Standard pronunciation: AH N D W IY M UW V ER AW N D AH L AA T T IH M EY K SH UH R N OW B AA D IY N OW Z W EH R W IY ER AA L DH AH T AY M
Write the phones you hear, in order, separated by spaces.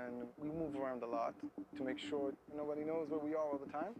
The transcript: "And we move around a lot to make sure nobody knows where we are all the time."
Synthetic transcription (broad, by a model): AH N W IY M UW V ER AW N D AH L AA T T IH M EY K SH UH R N OW B AA D IY N OW Z W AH R W IY ER AA L DH AH T AY M